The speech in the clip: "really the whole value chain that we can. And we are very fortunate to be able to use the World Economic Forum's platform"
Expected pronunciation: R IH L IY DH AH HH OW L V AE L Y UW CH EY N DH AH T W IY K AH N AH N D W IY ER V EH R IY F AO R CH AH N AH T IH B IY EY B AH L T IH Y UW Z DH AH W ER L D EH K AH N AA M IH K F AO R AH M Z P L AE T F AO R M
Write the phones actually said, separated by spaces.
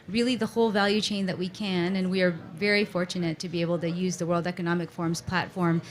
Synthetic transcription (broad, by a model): R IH L IY DH AH HH OW L V AE L Y UW CH EY N DH AH T W IY K AH N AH N W IY ER V EH R IY F AO R CH AH N AH T IH B IY EY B L T IH Y UW Z DH AH W ER L D EH K AH N AA M IH K F AO R M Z P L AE T F AO R M